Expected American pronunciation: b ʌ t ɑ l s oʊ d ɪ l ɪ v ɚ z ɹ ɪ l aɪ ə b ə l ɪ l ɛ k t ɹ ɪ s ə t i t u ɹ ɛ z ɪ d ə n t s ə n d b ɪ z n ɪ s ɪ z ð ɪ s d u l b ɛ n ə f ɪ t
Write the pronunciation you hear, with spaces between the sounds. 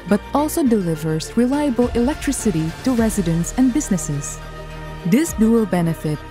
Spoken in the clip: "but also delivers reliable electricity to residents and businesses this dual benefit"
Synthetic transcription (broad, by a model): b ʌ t ɑ l s oʊ d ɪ l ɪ v ɚ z ɹ ɪ l aɪ ə b ə l ɪ l ɛ k t ɹ ɪ s ə t i t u ɹ ɛ z ɪ d ə n t s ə n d b ɪ z n ɪ s ɪ z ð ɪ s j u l b ɛ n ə f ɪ t